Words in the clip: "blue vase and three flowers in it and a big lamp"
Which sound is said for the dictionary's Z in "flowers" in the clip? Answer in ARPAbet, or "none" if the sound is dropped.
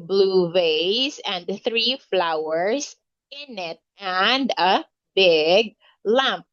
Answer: S